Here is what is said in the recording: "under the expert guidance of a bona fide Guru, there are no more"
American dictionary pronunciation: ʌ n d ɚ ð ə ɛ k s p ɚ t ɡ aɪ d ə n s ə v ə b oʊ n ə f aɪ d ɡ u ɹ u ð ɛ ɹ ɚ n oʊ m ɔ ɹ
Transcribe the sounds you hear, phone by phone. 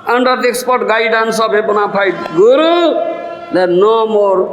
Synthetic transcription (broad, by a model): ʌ n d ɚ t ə k s p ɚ t ɡ aɪ d ə n s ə b ə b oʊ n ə p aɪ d ɡ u ɹ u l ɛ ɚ n oʊ m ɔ ɹ